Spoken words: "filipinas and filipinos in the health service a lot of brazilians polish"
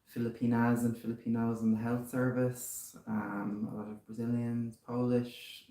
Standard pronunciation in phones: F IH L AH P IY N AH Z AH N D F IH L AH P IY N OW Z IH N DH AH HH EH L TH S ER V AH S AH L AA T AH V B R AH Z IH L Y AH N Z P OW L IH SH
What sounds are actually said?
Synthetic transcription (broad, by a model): F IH L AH P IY N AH Z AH N F IH L AH P IY N OW Z IH N DH AH HH EH L TH S ER V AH S AH L AA T AH V B R AH Z IH L Y AH N Z P OW L IH SH